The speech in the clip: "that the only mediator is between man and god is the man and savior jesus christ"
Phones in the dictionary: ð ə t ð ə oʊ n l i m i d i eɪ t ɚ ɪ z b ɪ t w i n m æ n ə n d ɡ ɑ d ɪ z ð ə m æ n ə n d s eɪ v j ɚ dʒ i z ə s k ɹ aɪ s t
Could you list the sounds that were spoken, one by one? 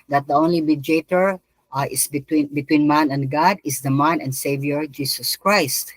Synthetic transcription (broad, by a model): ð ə t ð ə oʊ n l i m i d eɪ t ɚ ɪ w b ɪ t w i n m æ n ə n d ɡ ɑ d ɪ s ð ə m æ n ə n d s eɪ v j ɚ dʒ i s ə s k ɹ aɪ s t